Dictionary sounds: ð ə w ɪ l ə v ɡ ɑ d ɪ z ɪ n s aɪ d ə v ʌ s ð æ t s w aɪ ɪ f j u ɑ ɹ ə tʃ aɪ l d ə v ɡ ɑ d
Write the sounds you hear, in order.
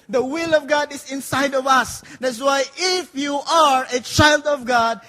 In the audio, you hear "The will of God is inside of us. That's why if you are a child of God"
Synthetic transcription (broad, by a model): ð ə w ɪ l ə v ɡ ɑ d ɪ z ɪ n s aɪ d ə v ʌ s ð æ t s w aɪ ɪ f j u ɑ ɹ ə tʃ aɪ l d ə v ɡ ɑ d